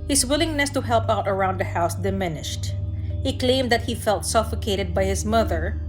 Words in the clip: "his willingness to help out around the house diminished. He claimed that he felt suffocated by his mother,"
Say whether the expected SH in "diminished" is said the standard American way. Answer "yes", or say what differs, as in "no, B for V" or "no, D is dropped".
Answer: yes